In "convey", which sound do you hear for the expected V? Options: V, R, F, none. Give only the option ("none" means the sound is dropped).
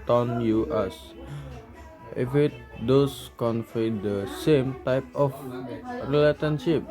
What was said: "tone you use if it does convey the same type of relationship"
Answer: F